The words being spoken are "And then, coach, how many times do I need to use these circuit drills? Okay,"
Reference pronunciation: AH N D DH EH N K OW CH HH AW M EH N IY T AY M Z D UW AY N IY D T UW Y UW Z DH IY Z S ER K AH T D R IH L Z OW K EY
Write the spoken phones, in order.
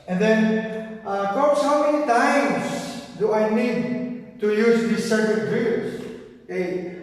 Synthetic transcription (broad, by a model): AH N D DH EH N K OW S HH AW M EH N IY T AY M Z D UW AY N IY D T UW Y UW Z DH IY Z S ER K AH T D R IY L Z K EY